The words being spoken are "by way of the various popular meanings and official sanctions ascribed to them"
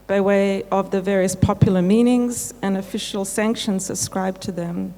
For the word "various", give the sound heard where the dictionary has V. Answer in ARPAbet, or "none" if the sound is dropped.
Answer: V